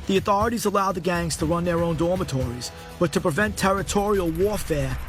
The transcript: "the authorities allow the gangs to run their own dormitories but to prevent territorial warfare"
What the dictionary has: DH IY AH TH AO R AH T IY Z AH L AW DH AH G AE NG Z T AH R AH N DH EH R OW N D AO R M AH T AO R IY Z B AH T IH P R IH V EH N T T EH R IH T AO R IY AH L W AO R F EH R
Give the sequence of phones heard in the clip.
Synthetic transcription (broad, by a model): DH IY AH TH AO R AH T IY Z AH L AW DH AH G AE NG Z T AH R AH N DH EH R OW N D AO R M AH T AO R IY Z B AH T IH P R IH V EH N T T EH R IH T AO R IY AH L W AO R F EH R